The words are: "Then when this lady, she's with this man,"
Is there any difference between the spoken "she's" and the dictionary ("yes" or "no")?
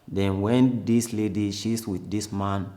yes